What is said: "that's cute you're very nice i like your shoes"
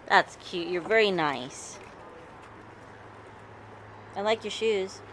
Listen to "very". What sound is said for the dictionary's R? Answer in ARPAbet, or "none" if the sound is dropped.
R